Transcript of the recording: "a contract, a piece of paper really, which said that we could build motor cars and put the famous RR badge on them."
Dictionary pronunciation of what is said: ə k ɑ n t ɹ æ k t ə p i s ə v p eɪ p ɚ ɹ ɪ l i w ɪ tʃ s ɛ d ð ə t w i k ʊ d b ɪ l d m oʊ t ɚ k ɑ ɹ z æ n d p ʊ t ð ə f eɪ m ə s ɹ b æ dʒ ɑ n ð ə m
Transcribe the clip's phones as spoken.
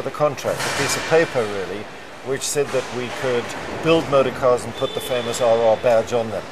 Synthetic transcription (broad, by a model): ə k ɑ n t ɹ æ k t ə p i s ə v p eɪ p ɚ ɹ ɪ l i w ɪ tʃ s ɛ d ð ə t w i k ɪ d b ɪ l d m oʊ t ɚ k ɑ ɹ z n p ʊ t ð ə f eɪ m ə s ɹ b æ dʒ n ð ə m